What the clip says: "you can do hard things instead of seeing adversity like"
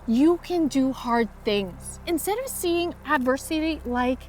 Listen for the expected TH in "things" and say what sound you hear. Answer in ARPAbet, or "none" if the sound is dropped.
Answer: TH